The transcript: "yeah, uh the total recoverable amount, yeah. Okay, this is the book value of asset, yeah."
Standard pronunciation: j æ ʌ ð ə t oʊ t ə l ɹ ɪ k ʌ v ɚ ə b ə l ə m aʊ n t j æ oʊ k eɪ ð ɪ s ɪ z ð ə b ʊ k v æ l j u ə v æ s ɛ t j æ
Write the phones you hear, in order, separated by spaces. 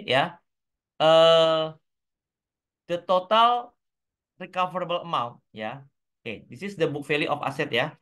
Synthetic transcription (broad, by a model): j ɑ ʌ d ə t oʊ t ə l ɹ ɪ k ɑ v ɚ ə b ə l ə m aʊ n t j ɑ oʊ k eɪ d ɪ s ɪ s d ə b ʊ k f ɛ l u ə f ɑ s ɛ t j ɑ